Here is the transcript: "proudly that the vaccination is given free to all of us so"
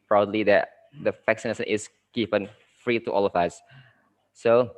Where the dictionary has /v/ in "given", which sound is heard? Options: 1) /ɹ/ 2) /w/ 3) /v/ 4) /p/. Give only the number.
4